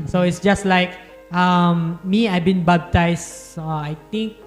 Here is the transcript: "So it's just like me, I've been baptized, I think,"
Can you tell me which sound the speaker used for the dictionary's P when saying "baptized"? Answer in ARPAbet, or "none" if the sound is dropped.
B